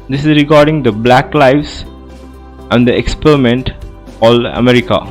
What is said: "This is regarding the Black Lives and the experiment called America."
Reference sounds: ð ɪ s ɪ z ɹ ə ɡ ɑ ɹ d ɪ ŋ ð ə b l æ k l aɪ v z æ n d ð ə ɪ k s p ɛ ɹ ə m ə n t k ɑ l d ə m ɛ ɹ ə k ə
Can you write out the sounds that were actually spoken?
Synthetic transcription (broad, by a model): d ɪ s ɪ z ɹ ə ɡ ɑ ɹ d ɪ ŋ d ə b l æ k l aɪ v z æ n d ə ɪ k s p ɛ ɹ ə m ə n t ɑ l ə m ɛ ɹ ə k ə